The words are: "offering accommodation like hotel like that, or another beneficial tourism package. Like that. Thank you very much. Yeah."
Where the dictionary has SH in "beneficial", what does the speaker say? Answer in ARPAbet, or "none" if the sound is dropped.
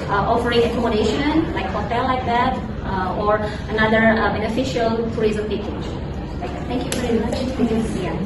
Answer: SH